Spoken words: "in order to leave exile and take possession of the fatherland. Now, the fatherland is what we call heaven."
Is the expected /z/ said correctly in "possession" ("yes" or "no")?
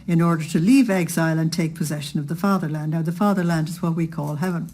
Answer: yes